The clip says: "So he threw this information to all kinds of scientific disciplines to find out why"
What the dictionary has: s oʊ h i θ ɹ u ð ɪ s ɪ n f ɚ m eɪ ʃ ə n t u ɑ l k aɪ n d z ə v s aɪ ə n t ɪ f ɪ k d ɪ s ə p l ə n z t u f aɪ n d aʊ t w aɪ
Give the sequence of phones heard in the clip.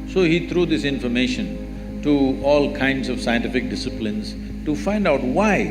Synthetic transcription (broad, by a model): s oʊ h i t ɹ u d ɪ s ɪ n f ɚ m eɪ ʃ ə n t u ɑ l k aɪ n d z ə v s aɪ ə n t ɪ f ɪ k d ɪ s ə p l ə n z t u f aɪ n d aʊ t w aɪ